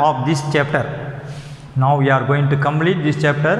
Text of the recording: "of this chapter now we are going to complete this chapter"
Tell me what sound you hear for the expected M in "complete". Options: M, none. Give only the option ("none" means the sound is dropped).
M